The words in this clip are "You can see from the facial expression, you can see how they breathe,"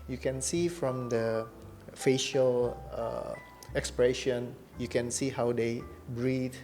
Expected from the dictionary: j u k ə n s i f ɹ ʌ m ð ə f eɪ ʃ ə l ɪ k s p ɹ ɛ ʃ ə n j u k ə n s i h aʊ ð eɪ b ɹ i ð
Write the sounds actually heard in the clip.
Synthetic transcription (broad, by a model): j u k ə n s i f ɹ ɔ m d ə f eɪ ʃ ə l ɪ k s p ɹ ɛ ʃ ə n j u k ə n s i h aʊ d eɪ b ɹ i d